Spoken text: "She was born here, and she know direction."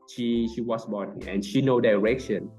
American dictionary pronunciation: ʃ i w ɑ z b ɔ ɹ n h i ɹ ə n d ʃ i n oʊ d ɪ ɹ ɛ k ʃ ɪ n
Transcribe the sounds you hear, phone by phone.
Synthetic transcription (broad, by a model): ʃ i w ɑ s b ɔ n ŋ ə n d ʃ i n oʊ d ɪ ɹ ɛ k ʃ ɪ n